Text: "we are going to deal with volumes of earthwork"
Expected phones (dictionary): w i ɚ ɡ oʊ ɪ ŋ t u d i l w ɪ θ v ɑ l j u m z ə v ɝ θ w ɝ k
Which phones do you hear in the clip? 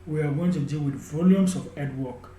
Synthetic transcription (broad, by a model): w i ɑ ɡ oʊ ɪ ŋ t u d i l w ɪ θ v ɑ l j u m s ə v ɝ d w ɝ k